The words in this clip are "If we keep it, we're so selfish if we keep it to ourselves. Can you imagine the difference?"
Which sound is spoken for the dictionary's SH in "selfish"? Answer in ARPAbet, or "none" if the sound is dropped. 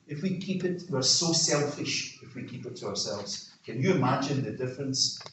SH